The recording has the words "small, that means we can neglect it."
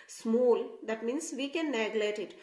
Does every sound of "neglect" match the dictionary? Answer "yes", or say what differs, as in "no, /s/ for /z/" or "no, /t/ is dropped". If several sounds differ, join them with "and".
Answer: no, /k/ is dropped